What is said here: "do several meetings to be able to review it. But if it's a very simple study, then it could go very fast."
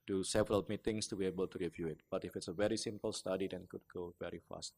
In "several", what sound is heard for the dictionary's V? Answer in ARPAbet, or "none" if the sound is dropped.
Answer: V